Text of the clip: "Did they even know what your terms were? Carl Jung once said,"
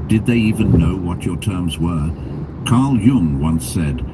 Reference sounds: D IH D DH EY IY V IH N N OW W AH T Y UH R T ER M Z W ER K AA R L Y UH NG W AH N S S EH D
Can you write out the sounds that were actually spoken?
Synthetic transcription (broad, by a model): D IH D DH EY IY V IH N N OW W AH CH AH R T ER M Z W ER K AA R L Y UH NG W AH N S S EH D